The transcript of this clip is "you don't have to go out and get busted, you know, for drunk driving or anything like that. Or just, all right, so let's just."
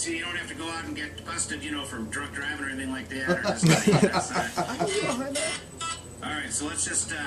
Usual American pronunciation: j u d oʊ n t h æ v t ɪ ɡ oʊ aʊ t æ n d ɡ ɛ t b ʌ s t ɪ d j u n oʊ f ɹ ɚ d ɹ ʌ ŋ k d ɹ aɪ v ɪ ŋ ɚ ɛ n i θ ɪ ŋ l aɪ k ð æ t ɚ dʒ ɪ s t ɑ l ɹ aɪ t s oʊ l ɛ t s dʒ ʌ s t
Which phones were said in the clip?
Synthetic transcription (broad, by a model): j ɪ d oʊ n t h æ f t ɪ ɡ oʊ aʊ t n ɡ ɛ t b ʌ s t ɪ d j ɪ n oʊ f ɹ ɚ d ɹ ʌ k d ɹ aɪ v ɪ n ɚ ɛ n i θ ɪ ŋ l aɪ k ð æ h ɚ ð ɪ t t ɑ l ɹ aɪ t s oʊ l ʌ t s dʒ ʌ s t